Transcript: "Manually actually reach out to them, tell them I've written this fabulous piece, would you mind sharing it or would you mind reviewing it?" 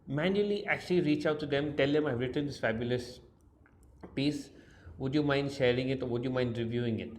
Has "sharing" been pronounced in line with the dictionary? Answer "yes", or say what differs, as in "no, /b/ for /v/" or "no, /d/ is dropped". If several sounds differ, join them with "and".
yes